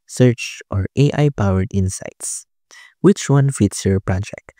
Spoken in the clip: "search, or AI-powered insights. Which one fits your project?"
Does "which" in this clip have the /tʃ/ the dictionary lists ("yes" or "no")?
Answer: yes